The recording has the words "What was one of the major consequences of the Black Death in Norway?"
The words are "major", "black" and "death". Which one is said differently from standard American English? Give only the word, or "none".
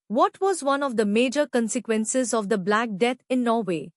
death